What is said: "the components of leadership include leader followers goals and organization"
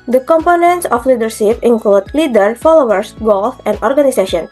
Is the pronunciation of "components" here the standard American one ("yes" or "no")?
yes